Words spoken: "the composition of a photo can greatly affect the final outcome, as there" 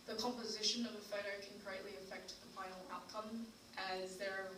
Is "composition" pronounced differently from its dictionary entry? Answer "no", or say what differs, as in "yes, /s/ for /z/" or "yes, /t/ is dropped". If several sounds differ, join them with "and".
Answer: no